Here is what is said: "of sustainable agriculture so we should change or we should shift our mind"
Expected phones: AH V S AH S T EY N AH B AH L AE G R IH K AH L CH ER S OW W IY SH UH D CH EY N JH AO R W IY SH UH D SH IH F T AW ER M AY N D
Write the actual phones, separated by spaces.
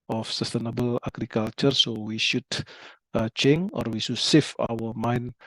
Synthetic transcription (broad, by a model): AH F S AH S T EY N AH B AH L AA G R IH K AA L CH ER S OW W IY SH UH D CH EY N AO R W IY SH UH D S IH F AW ER M AY N